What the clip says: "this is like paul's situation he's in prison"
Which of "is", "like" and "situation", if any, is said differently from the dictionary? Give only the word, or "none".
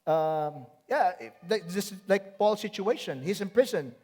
is